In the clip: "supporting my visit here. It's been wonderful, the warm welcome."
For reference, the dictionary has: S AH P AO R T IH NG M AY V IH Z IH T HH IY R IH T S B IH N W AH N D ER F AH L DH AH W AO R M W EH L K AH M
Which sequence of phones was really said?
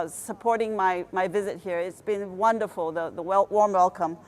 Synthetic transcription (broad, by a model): S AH P AO R T IH NG M AY V IH Z IH T HH IY R IH T S B IH N W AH N D ER F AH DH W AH W AO R M W EH L K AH M